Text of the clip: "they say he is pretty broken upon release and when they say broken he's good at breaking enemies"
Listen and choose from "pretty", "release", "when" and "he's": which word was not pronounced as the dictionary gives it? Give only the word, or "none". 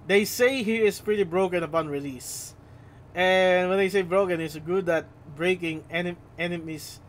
he's